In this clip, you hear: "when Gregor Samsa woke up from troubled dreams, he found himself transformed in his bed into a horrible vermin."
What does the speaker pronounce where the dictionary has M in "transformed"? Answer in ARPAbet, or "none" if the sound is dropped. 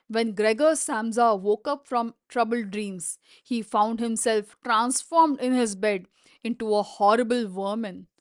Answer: M